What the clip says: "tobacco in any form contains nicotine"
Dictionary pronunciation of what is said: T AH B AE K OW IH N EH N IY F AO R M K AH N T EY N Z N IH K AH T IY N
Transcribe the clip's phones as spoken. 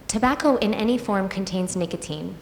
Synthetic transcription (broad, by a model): T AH B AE K OW IH N EH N IY F AO R M K AH N T EY N Z N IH K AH T IY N